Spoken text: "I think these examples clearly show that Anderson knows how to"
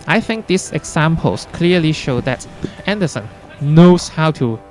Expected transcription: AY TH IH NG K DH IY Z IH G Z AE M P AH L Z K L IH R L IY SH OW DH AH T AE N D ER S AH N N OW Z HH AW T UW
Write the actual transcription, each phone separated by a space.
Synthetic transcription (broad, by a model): AY TH IH NG K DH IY S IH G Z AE M P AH L S K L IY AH L IY SH OW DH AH T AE N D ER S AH N N OW S HH AW T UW